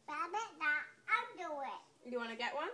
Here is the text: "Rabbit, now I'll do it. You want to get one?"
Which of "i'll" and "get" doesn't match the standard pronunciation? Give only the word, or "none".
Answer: i'll